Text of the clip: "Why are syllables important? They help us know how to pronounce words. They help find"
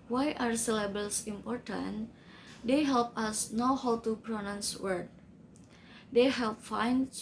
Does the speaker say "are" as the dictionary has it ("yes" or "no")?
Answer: yes